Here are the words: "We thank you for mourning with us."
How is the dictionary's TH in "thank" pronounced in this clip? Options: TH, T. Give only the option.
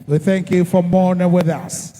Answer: TH